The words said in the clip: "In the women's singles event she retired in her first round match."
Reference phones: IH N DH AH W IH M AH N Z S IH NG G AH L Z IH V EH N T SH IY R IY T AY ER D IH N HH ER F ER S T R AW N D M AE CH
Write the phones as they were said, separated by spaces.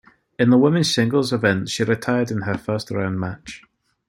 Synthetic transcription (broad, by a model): IH N DH AH W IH M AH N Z S IH NG G AH L Z IH V EH N T SH IY R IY T AY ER D IH N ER F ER S T R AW N M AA CH